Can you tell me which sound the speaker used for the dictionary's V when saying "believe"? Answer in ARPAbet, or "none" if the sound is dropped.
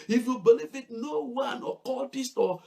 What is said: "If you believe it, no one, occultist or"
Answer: F